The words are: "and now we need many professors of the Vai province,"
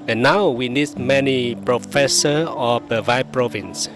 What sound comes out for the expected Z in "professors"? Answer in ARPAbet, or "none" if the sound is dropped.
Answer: none